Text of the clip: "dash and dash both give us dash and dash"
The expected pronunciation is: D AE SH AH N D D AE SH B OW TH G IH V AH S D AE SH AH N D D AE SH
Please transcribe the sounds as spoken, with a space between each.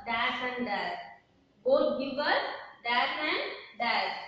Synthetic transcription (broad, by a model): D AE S AH N D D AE S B OW T G IH V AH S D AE S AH N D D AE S